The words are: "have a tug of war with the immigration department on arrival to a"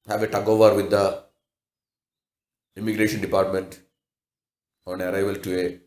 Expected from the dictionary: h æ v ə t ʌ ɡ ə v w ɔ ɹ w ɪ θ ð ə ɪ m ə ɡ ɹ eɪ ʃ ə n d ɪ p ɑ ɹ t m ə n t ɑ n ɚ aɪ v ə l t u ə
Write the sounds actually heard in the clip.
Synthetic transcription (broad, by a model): h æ v ə t ʌ ɡ ə v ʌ ɹ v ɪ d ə ɪ m ə ɡ ɹ eɪ ʃ ə n d ɪ p ɑ ɹ t m ə n t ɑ n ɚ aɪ v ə l t u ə